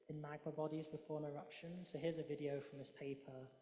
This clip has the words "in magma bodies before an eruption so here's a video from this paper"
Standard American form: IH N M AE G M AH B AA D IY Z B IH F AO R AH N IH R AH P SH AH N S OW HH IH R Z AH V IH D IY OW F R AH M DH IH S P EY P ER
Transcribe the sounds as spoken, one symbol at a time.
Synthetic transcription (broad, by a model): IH N M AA G M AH B AA D IY Z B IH F AO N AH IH R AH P SH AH N S OW HH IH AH Z AH V IH D IY OW F R AH M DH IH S P EY P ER